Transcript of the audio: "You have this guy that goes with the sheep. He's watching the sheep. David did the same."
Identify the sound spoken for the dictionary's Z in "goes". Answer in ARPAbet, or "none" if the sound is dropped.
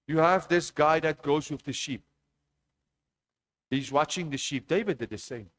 Z